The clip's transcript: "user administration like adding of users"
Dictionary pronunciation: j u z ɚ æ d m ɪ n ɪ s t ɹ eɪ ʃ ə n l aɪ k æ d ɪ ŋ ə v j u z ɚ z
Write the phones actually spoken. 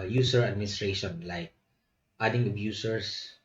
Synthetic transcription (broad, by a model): j u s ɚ æ d m ɪ n ɪ s t ɹ eɪ ʃ ə n l aɪ k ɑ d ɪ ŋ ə b j u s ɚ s